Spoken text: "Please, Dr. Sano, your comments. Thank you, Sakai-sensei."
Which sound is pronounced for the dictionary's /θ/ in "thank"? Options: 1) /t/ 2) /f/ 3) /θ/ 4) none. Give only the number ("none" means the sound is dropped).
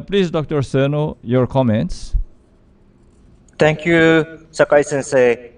1